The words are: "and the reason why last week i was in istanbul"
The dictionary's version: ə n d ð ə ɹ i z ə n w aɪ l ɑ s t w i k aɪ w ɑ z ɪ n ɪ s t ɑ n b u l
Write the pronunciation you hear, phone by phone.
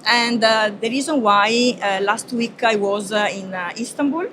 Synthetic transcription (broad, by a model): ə n d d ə ɹ i z ə n w aɪ l ɑ s t w i k aɪ w ɑ z ɪ n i s t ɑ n b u l